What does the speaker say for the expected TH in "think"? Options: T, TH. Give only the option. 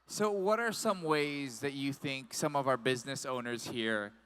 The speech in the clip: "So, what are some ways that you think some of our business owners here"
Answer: TH